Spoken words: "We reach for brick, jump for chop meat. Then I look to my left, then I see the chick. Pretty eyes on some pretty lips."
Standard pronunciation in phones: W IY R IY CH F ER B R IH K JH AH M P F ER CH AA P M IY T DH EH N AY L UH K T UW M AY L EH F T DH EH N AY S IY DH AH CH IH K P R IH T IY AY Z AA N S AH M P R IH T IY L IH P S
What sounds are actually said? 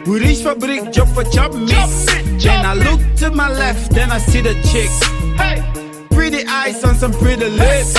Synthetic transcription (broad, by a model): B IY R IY SH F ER B R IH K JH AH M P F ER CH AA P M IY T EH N AY L UH K T UW M AY L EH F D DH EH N AY S IY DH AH CH IH K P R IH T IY AY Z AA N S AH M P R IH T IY L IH